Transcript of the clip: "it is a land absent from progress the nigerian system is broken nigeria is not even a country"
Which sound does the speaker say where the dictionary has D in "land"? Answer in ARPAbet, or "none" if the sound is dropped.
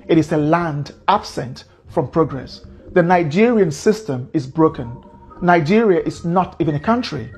D